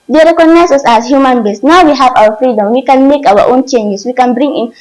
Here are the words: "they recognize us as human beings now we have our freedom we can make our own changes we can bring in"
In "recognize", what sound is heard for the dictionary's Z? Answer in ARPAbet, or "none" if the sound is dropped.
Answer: S